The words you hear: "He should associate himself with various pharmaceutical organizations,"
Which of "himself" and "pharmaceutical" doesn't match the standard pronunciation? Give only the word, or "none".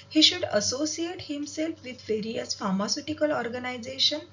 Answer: none